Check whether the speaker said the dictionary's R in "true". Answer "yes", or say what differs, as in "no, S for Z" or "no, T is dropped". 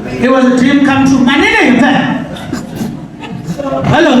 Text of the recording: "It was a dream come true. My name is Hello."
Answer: no, R is dropped